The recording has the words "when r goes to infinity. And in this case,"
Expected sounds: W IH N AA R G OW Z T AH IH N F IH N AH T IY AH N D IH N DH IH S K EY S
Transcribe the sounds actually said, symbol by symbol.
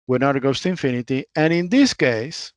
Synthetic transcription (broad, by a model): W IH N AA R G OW S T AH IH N F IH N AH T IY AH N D IH N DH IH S K EY S